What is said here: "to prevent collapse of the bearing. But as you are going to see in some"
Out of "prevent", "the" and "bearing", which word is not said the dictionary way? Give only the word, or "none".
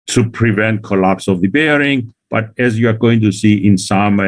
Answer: none